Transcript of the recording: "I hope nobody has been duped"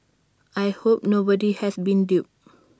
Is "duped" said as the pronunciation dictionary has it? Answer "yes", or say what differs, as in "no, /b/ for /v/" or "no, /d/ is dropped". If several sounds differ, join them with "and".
no, /t/ is dropped